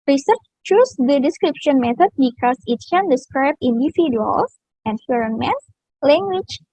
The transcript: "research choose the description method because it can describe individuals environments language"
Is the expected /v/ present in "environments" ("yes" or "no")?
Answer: no